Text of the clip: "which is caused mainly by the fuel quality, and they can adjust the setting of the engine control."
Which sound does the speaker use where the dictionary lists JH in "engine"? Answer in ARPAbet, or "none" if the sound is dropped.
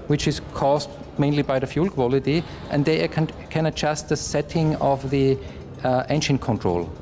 SH